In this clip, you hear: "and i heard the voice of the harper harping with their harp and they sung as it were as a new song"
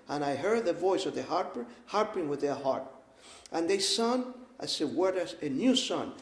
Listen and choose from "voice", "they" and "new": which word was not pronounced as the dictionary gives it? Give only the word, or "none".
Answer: none